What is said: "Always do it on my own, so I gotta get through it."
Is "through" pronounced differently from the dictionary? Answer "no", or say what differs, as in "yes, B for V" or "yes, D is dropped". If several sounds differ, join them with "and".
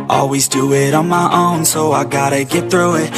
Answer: no